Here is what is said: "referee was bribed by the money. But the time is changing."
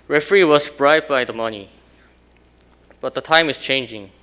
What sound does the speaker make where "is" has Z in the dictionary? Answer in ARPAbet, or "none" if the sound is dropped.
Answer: S